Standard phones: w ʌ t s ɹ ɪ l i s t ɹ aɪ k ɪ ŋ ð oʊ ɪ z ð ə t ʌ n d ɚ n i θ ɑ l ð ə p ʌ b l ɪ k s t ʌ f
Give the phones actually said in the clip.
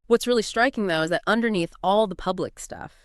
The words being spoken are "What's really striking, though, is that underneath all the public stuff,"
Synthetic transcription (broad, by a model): w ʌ t s ɹ ɪ l i s t ɹ aɪ k ɪ ŋ ð oʊ ɪ z ð ə t ʌ n d ɚ n i θ ɑ l ð ə p ʌ b l ɪ k s t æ f